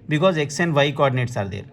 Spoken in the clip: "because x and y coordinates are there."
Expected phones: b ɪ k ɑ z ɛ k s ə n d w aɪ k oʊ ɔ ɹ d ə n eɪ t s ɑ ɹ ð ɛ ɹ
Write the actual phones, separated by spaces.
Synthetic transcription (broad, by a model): b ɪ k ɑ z ɛ k s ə n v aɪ k oʊ ɔ ɹ d ə n eɪ t s ɑ ɹ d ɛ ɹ